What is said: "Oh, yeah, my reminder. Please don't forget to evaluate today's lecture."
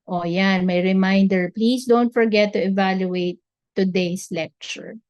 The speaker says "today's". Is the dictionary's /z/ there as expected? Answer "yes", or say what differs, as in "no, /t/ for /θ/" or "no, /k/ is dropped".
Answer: no, /s/ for /z/